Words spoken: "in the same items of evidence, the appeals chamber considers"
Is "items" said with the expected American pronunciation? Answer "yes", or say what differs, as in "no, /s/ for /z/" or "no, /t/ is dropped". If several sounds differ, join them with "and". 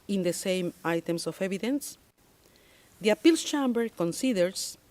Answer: no, /s/ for /z/